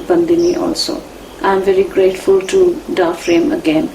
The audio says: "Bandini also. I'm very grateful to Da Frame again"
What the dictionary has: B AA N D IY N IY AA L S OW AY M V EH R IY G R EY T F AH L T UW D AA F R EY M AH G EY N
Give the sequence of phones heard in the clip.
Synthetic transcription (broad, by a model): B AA N D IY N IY AA L S OW AY M V EH R IY G R EY T F AH L T UW D AA F R EY M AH G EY N